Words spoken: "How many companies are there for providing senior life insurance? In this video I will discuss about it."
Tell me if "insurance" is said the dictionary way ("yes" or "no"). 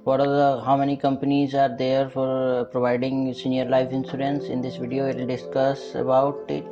no